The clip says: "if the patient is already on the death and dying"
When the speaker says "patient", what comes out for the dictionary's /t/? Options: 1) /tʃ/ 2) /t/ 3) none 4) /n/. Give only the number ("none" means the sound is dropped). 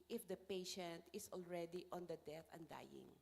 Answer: 2